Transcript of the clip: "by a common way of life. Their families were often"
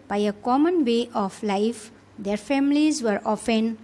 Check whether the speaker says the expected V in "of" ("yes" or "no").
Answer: no